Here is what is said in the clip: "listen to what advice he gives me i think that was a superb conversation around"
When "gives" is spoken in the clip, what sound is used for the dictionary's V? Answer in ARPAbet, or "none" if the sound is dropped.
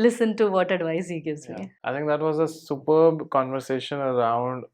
none